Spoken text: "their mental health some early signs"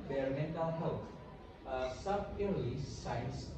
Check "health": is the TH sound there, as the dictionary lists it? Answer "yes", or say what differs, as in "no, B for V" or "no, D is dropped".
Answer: no, T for TH